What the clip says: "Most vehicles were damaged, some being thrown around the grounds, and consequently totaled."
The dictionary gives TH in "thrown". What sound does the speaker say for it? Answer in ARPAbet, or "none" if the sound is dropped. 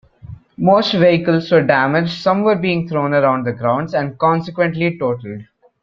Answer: T